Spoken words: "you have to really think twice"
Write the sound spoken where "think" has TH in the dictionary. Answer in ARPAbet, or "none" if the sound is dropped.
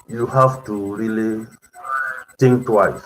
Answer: T